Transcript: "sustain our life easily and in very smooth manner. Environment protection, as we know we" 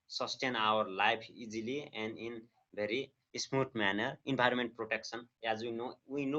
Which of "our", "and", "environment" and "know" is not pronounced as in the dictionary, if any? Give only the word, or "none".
environment